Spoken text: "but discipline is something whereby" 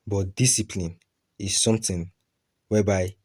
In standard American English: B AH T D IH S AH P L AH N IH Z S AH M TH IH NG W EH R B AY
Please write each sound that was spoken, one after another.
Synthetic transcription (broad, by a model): B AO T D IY S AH P L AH N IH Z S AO M T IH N W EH B AY